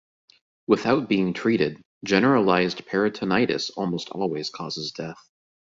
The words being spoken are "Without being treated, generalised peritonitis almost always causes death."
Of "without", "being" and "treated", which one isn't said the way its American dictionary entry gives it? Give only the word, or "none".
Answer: none